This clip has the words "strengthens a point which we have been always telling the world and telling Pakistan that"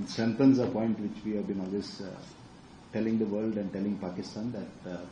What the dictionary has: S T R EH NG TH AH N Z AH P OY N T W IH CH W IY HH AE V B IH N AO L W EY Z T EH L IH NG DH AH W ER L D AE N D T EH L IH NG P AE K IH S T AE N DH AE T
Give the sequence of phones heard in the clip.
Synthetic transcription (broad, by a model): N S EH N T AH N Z AH P OY N T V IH CH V IY HH AE V B IH N AO L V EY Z T EH L IH NG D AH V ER L D AE N D T EH L IH NG P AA K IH S T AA N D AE T